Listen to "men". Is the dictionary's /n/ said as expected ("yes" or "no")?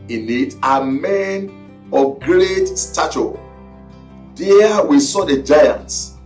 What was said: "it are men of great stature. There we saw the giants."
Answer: yes